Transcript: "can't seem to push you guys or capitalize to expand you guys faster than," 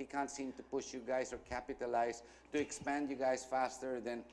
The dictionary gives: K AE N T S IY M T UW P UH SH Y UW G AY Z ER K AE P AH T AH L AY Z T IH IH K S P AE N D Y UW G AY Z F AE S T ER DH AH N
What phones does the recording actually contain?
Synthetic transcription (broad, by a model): K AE N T S IY M T UW P UH SH Y UW G AY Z ER K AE P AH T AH L AY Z T IH IH K S P AE N D Y UW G AY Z F AE S T ER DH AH N